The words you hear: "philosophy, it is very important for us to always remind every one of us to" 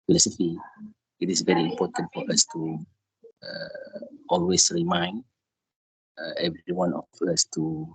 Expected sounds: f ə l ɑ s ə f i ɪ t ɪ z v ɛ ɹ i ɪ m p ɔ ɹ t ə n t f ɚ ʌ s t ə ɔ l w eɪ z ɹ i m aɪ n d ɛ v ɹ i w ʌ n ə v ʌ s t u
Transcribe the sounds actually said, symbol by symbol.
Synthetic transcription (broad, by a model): f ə l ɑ s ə f i ɪ t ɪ s v ɛ ɹ i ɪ m p ɔ t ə n t f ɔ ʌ s t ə ɔ l w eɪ s ɹ i m aɪ n d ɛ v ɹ i w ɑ n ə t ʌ s t u